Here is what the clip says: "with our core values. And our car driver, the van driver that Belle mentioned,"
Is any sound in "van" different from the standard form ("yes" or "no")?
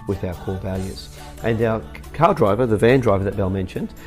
no